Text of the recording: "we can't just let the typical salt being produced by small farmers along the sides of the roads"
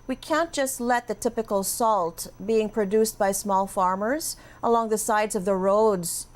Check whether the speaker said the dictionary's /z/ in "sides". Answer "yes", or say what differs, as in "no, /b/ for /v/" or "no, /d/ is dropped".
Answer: yes